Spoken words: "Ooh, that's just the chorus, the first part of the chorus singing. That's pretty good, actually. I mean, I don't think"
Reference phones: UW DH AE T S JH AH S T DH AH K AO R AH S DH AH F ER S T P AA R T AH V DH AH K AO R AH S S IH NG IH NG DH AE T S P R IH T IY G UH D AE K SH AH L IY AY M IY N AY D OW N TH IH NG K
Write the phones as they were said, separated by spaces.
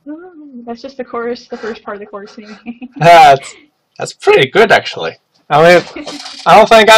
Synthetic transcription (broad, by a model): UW DH AE T S JH AH S T DH AH K AO R S DH AH F ER S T P AA R T AH V DH AH K AO R S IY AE IH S DH AE T S P R IH T IY G UH D AE K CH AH L IY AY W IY AY D OW N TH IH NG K